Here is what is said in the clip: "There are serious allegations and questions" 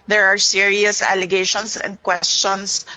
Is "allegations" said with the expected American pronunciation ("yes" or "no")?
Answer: no